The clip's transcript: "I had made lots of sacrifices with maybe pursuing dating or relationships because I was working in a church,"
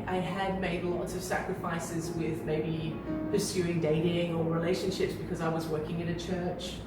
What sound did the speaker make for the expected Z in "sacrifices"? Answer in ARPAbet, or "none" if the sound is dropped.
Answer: Z